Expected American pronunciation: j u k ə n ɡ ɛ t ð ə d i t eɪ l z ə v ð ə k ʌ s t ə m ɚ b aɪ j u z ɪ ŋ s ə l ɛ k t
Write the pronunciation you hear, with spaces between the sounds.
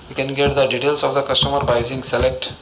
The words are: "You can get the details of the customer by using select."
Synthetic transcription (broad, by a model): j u k ə n ɡ ɛ t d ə d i t eɪ l s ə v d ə k ʌ s t ə m ɚ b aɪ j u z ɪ ŋ s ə l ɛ k t